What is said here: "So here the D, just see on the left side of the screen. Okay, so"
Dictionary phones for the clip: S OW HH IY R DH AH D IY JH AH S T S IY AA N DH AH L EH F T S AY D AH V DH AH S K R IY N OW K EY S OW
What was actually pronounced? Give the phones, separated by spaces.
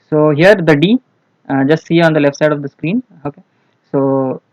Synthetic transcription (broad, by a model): S OW HH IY R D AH D IY JH AH S T S IY AA N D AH L EH F T S AY D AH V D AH S K R IY N OW K EY S OW